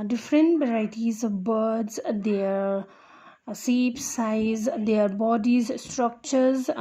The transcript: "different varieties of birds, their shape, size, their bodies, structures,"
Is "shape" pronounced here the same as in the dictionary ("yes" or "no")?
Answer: no